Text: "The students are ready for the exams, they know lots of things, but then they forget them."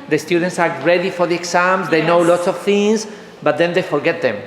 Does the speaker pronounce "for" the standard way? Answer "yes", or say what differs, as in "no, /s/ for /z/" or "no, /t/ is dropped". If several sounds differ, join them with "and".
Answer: yes